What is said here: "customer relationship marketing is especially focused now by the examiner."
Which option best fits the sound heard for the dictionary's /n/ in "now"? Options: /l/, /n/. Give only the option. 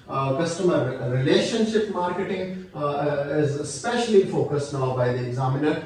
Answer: /n/